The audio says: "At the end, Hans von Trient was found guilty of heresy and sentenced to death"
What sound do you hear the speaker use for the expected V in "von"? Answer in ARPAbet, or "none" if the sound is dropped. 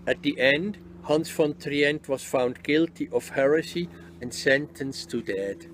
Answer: F